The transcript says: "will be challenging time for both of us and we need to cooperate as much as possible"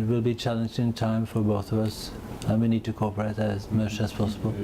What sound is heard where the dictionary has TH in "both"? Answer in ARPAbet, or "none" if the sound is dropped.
TH